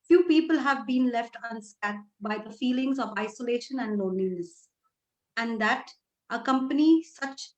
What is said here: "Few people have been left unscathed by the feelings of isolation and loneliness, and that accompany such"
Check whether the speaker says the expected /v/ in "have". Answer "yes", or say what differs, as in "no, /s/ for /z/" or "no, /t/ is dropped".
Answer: yes